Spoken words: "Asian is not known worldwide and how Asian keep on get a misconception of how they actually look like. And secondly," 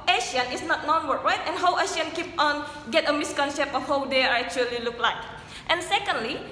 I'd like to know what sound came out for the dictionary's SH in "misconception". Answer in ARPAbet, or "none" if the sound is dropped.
none